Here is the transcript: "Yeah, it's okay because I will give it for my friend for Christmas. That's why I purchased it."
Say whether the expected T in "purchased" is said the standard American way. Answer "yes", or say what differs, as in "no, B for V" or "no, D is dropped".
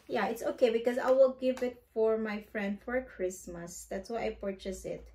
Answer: no, T is dropped